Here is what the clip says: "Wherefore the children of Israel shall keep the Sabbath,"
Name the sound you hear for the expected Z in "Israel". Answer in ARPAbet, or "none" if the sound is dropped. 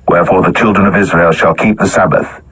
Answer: Z